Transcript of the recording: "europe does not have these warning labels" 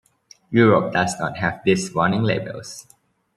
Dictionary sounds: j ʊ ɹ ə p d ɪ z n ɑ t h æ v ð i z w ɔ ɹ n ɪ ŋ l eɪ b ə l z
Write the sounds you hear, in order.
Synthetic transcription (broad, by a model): j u ɹ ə p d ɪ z n ɑ t h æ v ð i s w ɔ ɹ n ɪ ŋ l eɪ b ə l s